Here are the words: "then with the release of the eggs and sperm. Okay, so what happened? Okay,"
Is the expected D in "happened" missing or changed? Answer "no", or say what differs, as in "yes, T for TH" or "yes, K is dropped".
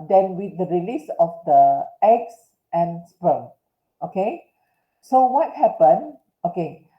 yes, D is dropped